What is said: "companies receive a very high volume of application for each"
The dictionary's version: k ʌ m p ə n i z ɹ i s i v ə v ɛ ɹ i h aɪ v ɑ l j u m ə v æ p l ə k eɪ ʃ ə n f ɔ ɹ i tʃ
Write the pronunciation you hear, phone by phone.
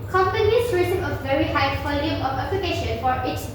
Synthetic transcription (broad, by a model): k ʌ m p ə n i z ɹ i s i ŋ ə v ɛ ɹ i h aɪ p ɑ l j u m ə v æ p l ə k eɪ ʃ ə n f ɔ ɹ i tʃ